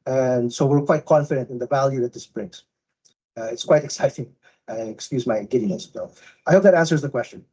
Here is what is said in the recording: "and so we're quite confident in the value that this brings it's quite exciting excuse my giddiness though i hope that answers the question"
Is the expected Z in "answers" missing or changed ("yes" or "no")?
no